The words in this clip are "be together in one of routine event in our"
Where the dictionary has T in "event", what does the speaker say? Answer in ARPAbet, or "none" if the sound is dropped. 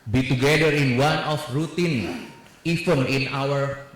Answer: none